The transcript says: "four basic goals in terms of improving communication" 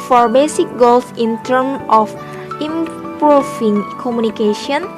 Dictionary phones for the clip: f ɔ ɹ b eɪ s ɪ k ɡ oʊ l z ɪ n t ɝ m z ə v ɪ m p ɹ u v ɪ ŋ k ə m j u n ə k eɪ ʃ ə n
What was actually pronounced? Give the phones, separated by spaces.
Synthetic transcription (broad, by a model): f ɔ ɹ b eɪ s ɪ k ɡ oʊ l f ɪ n t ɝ m ə f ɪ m p ɹ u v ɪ ŋ k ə m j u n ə k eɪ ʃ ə n